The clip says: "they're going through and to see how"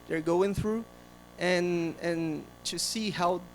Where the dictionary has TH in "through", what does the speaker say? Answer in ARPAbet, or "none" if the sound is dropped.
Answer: TH